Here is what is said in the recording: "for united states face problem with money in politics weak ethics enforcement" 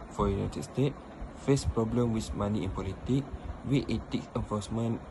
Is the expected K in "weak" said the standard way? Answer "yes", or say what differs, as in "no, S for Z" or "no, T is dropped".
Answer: no, K is dropped